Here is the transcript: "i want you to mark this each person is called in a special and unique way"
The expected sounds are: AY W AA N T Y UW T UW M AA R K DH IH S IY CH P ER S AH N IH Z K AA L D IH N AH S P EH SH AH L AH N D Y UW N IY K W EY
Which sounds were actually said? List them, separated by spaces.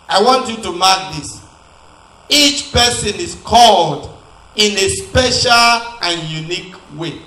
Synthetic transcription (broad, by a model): AY W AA N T Y UW T UW M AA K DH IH S IY CH P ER S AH N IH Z K AA L D IH N AH S P EH SH AH L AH N Y UW N IY K W EY